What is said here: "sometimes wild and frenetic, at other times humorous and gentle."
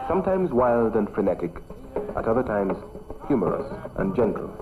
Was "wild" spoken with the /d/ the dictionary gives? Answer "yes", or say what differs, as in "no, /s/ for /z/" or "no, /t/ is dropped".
yes